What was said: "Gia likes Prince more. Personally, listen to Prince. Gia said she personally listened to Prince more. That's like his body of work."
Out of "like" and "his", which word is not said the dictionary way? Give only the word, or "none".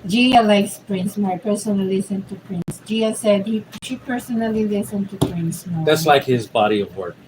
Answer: none